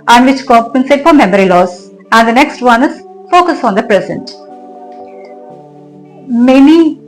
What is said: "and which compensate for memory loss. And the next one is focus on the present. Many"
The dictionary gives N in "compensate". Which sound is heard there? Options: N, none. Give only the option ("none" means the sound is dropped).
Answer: N